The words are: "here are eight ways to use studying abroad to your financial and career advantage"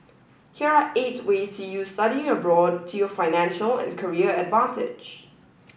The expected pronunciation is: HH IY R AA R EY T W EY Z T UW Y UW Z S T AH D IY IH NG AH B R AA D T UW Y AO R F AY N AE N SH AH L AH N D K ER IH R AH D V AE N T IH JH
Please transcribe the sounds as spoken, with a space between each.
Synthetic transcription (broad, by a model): HH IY R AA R EY T W EY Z T UW Y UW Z S T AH D IY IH NG AH B R AA D T UW Y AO F AY N AE N SH AH L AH N K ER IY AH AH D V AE N T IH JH